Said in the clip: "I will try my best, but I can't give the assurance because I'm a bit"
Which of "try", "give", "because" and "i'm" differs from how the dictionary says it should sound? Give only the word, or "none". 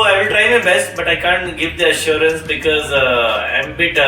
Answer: none